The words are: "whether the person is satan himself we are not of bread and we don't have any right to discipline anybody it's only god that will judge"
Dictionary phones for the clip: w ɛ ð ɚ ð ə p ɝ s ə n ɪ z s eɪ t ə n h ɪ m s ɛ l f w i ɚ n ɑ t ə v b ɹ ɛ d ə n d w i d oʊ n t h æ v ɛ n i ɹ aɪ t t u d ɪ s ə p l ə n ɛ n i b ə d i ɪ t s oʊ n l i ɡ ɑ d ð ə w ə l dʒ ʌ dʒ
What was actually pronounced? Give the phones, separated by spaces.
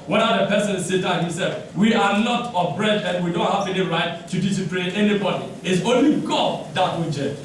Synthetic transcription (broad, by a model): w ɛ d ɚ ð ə p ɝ s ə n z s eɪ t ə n h ɪ m s ɛ l f w i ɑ l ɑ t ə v b ɹ ɛ d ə n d w i d oʊ n t h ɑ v ɛ n i ɹ aɪ t t u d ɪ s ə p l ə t ɛ n i b ə d i ɪ t s oʊ n l i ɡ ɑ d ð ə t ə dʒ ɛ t